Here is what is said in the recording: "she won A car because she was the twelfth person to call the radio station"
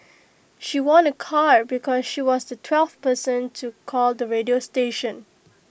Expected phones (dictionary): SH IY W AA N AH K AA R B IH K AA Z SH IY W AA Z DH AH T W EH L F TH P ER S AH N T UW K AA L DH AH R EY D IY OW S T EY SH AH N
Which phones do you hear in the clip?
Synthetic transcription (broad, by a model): SH IY W AA N AH K AA R B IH K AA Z SH IY W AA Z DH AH T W EH L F P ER S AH N T UW K AA L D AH R EY D IY OW S T EY SH AH N